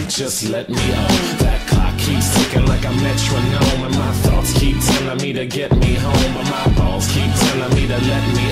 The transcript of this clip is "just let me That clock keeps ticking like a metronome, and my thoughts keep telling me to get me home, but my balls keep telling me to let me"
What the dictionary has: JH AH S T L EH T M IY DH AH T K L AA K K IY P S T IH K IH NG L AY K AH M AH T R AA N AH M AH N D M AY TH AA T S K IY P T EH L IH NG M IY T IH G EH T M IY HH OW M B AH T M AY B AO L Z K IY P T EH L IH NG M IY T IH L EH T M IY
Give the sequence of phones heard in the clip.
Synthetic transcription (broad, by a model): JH AH S T L EH T M IY DH AH T K AA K K IY P S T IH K IH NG L AY K AH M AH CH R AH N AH M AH N M AY TH AA T S K IY P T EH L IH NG M IY T IH G EH T M IY HH OW M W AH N M AY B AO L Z K IY P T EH N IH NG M IY T IH L EH T M IY